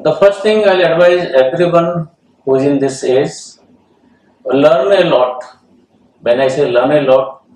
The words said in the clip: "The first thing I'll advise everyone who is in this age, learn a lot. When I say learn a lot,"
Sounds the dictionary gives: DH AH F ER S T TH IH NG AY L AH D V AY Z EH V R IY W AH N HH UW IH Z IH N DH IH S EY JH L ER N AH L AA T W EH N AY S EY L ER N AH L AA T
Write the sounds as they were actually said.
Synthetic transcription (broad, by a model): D AH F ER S T T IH NG AY L AH D V AY Z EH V R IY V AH N HH UW IH Z IH N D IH S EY Z L ER N AH L AA T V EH N AY S EY L ER N AH L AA T